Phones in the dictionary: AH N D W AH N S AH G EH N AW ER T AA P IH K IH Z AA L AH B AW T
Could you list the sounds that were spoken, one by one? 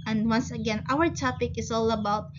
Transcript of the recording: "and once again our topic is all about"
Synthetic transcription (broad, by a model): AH N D W AH N S AH G EH N AW ER T AA P IH K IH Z AA L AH B AW T